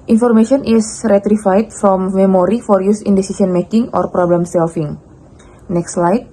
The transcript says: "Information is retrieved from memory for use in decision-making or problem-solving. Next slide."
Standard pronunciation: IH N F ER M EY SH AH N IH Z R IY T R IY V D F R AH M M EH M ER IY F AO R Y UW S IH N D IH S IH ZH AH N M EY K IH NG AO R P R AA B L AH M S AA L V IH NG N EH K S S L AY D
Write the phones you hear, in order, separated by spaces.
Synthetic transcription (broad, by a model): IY N F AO M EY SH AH N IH S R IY T R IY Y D F R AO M M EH M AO IY F AO R Y UW S IH N D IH S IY S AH N M EY K IH NG AO R P R AA B L AH M S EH L F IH NG N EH K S S L AY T